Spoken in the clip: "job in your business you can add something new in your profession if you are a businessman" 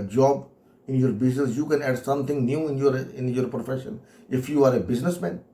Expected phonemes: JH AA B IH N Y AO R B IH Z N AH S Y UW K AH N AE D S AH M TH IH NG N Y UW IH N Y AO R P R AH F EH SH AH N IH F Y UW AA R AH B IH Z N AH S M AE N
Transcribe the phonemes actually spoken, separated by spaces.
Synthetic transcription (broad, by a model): JH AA B IH N Y AO R B IH Z N AH S Y UW K AH N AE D S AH M T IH NG N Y UW IH N Y AO R P R AH F EH SH AH N IH F Y UW AA R AH B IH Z N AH S M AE N